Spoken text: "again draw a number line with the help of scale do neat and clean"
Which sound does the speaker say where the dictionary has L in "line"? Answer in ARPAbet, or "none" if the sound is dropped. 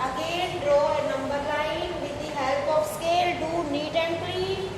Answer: N